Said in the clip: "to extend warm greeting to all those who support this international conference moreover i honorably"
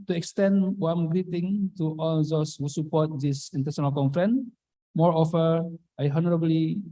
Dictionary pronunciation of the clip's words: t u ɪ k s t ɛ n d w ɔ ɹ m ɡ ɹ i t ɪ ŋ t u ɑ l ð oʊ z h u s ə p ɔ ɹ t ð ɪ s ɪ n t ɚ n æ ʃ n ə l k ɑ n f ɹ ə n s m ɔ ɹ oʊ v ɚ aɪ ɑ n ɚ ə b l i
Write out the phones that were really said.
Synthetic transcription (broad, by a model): t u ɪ k s t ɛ n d w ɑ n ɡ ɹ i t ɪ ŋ t u ɑ l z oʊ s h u s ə p ɔ t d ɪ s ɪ n t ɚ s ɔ n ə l k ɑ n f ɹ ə n m ɔ ɹ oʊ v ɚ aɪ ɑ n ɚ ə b l i